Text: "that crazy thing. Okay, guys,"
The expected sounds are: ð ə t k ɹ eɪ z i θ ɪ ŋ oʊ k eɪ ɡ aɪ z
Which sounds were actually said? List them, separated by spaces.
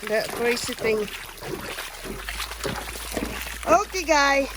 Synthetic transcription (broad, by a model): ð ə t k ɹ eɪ s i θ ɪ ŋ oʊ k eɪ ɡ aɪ